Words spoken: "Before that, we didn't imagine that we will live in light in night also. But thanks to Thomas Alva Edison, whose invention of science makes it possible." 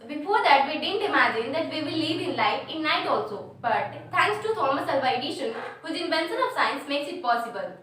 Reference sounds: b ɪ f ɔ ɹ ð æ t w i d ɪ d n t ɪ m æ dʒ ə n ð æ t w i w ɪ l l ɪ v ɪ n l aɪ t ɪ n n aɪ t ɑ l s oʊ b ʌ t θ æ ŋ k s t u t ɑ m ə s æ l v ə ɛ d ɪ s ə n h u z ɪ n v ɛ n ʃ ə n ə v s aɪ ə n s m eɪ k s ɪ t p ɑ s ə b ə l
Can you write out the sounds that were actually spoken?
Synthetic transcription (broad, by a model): b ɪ f ɔ ɹ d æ t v i d ɪ d n t ɪ m æ dʒ ə n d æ t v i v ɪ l l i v ɪ n l aɪ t ɪ n n aɪ t ɑ l s oʊ b ʌ t t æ ŋ k s t u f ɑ m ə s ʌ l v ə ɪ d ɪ ʃ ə n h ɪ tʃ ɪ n b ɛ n s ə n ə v s aɪ ə n s m eɪ k s ɪ t p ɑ s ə b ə l